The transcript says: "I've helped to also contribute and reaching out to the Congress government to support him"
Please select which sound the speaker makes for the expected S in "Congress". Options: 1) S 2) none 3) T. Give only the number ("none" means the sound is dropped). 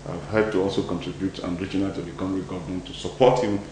2